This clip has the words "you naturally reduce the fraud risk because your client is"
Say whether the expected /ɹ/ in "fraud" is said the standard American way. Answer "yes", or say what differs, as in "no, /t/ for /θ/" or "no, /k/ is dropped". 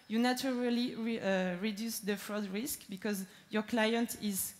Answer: yes